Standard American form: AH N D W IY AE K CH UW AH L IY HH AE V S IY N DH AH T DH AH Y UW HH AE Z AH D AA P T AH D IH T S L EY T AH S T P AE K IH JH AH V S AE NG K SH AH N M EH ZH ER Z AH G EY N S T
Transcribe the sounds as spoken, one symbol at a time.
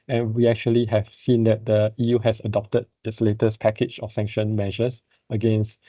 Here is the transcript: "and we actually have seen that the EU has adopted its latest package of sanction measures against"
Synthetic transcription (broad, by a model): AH N W IY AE K CH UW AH L IY HH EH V S IY N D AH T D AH Y UW HH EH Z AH D AA P T AH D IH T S L EY T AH S P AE K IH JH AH F S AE NG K SH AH N M EH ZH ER S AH G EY N S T